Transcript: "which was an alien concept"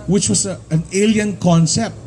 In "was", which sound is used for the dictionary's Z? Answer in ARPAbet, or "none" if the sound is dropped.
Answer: S